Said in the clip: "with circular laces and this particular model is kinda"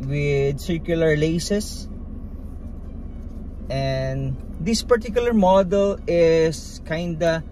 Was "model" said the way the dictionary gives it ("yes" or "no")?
yes